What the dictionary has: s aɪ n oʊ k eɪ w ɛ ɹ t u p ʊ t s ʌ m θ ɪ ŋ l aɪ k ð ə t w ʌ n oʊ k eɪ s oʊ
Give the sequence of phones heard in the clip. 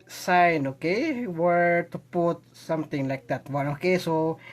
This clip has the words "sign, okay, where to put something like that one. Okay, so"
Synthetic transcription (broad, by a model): s aɪ n oʊ k eɪ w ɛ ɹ t u p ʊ t s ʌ m t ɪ ŋ l aɪ k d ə t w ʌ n oʊ k eɪ s oʊ